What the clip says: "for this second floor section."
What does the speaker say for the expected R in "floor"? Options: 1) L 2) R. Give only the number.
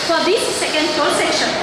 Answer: 1